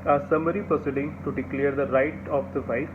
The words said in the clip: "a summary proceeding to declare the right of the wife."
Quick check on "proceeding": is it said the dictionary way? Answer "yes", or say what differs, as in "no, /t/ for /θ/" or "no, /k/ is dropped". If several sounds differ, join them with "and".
no, /ɹ/ is dropped